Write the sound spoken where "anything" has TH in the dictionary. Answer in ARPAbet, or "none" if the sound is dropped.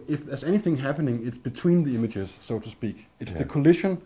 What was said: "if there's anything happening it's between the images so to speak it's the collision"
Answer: TH